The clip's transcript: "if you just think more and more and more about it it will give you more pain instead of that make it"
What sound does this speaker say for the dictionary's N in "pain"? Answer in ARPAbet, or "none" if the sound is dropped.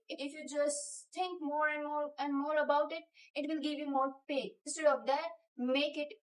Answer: none